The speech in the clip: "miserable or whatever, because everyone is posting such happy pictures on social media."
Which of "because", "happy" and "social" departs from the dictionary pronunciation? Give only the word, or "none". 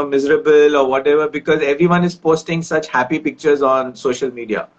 none